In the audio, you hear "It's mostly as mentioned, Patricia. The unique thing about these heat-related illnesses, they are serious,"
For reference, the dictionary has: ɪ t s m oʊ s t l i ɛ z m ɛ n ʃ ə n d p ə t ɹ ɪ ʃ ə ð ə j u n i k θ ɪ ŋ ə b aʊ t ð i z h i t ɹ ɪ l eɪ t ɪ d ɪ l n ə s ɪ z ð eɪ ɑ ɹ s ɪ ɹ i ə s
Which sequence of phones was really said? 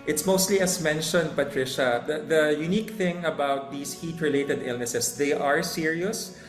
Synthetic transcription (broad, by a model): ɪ t s m oʊ s t l i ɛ s m ɛ n ʃ ə n d p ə t ɹ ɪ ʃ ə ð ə j u n i k θ ɪ ŋ ə b aʊ t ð i s h i t ɹ ɪ l eɪ t ɪ d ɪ l n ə s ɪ s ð eɪ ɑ ɹ s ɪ ɹ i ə s